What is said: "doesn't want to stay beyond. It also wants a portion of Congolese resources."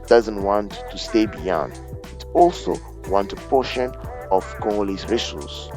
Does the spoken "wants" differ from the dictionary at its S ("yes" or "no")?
yes